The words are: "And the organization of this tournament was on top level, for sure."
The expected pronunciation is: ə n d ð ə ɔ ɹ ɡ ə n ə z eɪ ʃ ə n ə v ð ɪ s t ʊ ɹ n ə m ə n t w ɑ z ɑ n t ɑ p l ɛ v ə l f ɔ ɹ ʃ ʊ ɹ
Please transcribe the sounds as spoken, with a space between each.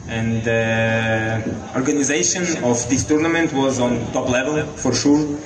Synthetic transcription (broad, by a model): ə n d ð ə ɔ ɹ ɡ ə n ə z eɪ ʃ ə n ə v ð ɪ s t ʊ ɹ n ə m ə n t w ɑ z ɑ n t ɑ p l ɛ v ə l f ɔ ɹ ʃ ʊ ɹ